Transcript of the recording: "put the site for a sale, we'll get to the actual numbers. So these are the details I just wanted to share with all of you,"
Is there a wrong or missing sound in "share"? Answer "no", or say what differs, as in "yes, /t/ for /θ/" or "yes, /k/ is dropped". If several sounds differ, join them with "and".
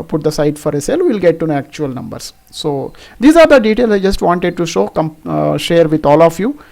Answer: no